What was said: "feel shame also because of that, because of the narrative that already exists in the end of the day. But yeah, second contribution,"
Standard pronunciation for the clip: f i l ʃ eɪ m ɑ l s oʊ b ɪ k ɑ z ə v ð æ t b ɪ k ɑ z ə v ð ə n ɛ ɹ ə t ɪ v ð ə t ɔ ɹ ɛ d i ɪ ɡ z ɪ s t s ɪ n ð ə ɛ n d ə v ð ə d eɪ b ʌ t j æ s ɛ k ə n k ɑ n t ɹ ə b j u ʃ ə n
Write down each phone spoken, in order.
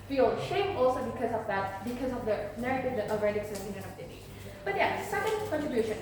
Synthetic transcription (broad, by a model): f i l ʃ eɪ m ɑ l s oʊ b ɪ k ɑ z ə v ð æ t b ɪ k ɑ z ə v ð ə n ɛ ɹ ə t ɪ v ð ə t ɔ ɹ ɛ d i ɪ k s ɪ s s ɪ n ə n ə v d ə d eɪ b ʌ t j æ s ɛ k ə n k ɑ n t ɹ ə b j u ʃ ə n